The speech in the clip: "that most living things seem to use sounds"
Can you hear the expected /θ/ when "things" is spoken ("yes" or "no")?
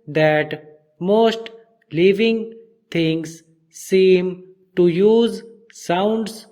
no